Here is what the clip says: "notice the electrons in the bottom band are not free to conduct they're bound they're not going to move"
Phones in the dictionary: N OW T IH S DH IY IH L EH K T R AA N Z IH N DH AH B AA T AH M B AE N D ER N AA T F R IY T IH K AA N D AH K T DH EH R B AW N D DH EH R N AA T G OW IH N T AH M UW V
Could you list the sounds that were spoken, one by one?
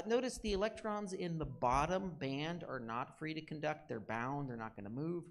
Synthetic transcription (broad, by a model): N OW T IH S DH IY IH L EH K T R AA N Z IH N DH AH B AA T AH M B AE N D ER N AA T F R IY T IH K N D AH K T DH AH R B AW N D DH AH R N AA T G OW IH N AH M UW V